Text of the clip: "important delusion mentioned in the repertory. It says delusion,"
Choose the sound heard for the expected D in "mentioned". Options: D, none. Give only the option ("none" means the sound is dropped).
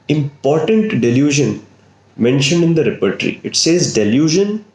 D